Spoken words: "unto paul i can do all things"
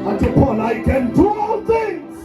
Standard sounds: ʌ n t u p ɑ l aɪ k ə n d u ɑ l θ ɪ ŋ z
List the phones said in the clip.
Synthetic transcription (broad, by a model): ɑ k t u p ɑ n aɪ k ə n d u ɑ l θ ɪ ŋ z